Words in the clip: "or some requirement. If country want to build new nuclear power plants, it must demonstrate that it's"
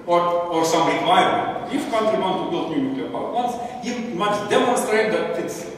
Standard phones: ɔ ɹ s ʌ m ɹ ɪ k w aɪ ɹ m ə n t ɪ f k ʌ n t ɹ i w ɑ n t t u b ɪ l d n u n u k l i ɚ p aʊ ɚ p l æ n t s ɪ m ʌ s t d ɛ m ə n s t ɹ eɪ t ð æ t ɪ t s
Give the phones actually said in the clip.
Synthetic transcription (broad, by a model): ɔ ɹ s ʌ m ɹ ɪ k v aɪ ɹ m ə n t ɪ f k ʌ n t ɹ i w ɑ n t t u b ɪ l d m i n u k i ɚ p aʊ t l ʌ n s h ɪ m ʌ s d ɛ m ə n s t ɹ eɪ t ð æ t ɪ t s